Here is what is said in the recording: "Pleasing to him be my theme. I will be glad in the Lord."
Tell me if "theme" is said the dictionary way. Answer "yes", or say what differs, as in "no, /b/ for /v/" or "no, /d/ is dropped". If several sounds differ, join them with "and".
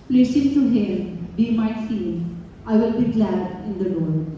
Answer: no, /f/ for /θ/ and /m/ is dropped